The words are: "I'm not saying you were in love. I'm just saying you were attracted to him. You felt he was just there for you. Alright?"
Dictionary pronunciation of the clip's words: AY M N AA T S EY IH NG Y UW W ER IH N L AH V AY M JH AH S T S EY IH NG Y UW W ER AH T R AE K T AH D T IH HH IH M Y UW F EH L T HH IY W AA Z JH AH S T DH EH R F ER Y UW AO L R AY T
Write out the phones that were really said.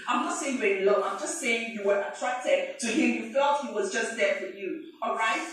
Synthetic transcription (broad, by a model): AY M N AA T S EY IH NG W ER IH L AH AY M JH AH S T S EY IH NG Y UW W ER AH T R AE K T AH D T IH HH IH M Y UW F EH L T HH IY W AA Z JH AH S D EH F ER Y UW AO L R AY T